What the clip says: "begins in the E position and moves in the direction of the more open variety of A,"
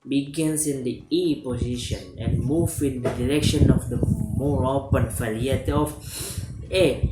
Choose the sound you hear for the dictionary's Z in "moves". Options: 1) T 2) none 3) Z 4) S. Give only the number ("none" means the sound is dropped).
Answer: 2